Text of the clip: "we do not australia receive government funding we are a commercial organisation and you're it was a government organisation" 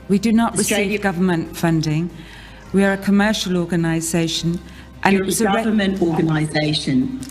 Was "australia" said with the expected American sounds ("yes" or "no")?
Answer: no